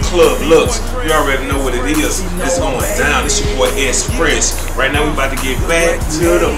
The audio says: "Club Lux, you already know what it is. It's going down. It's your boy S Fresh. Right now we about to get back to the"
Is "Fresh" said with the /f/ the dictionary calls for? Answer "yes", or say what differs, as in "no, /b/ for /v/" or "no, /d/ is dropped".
no, /p/ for /f/